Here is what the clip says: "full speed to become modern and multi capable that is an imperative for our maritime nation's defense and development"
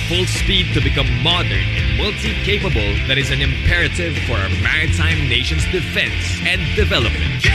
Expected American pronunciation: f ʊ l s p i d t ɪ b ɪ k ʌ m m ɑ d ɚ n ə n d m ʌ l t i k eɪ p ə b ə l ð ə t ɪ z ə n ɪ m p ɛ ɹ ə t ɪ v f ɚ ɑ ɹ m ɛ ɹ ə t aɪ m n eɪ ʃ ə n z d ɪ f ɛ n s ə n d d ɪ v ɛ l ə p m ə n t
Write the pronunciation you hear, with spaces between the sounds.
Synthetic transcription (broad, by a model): f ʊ l s p i d t ɪ b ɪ k ʌ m m ɑ d ɚ n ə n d m ʌ l t i k eɪ p ə b ə l ð ə t ɪ z ə n ɪ m p ɛ ɹ ə t ɪ v f ɚ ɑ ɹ m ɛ ɹ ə t aɪ m n eɪ ʃ ə n z d ɪ f ɛ n s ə n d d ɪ v ɛ l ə p m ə n t